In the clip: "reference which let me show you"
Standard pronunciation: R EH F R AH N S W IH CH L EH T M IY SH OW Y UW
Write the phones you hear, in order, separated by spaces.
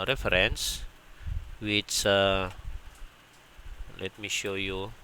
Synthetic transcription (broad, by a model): R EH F R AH N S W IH S L EH T M IY SH OW Y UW